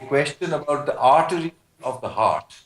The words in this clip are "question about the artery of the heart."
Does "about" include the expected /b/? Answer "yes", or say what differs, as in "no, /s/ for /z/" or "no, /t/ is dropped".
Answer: yes